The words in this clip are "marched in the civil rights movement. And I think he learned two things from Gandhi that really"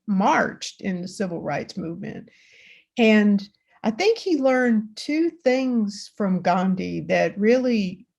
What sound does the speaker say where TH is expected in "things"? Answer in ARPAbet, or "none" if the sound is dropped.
TH